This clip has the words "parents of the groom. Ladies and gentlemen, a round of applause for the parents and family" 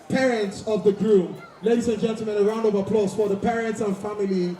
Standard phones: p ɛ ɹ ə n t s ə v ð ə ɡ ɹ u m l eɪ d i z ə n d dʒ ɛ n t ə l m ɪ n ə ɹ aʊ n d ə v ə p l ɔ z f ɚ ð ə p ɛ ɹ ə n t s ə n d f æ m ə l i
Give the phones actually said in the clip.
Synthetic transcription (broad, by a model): p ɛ ɹ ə n t s ə v ð ə ɡ ɹ u m l eɪ d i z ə n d dʒ ɛ n t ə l m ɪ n ə ɹ aʊ n d ə v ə p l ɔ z f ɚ ð ə p ɛ ɹ ə n t s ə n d f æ m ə l i